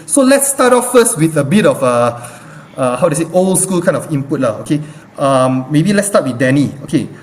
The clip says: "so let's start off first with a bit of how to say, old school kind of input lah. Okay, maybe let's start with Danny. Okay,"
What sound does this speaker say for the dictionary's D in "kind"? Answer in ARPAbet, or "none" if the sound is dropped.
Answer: none